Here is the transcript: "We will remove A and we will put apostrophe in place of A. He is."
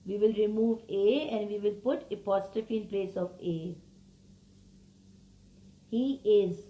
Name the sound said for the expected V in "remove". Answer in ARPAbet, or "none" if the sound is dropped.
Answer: V